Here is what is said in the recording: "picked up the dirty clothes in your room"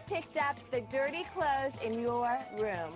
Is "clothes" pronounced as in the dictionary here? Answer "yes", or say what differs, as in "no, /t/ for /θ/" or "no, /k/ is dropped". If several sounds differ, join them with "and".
yes